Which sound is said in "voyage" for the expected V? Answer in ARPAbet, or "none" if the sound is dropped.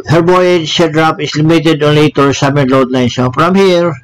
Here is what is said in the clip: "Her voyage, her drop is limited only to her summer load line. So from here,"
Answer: B